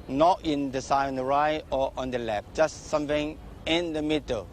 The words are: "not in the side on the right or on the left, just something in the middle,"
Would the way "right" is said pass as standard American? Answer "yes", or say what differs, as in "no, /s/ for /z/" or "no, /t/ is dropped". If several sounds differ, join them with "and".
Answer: no, /t/ is dropped